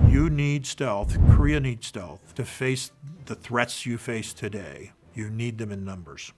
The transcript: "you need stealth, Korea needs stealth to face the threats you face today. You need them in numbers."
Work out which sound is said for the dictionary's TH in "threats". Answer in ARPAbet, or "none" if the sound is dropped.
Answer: TH